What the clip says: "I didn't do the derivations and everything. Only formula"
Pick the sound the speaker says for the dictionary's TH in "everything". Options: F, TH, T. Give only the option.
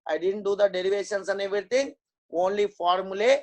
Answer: T